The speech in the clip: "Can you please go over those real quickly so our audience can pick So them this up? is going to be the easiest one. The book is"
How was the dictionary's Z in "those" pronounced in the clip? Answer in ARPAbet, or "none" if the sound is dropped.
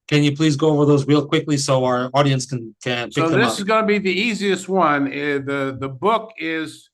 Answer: Z